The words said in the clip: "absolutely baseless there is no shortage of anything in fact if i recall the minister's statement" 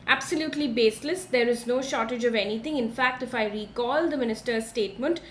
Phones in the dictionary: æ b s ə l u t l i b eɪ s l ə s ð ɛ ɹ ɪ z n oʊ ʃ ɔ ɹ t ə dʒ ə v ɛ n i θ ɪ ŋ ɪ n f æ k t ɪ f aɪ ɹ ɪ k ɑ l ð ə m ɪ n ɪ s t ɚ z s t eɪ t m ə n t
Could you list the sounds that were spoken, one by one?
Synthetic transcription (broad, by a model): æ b s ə l u t l i b eɪ s l ə s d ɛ ɹ ɪ z n oʊ ʃ ɔ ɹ t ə dʒ ə v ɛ n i t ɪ ŋ ɪ n f æ k t ɪ f aɪ ɹ ɪ k ɑ l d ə m ɪ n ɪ s t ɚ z s t eɪ t m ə n t